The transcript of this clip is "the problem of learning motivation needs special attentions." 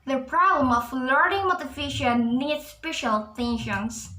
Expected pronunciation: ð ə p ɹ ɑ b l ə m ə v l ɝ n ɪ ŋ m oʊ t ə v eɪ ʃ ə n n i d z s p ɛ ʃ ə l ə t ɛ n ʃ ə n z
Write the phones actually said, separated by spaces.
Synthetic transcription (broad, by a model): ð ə p ɹ ɑ b l ə m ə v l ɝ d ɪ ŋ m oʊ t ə f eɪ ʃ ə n n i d s p ɛ ʃ ə l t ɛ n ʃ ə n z